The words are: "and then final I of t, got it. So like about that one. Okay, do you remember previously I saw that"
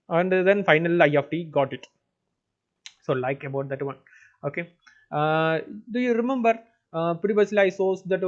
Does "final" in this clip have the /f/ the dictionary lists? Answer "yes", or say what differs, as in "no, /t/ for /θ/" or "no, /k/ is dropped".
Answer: yes